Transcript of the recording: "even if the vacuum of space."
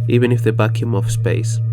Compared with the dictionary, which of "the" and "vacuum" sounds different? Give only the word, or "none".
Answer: vacuum